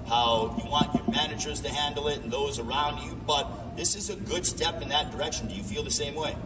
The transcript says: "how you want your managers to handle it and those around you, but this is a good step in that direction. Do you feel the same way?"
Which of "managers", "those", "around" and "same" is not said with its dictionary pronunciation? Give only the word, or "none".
none